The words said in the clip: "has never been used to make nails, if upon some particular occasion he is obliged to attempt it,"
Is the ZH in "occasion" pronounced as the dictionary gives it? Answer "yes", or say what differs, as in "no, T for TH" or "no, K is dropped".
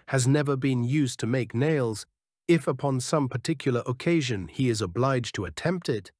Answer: yes